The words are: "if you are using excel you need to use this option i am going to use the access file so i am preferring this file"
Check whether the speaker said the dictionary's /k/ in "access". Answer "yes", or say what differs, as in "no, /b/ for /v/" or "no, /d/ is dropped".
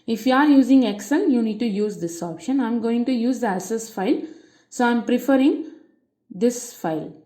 no, /k/ is dropped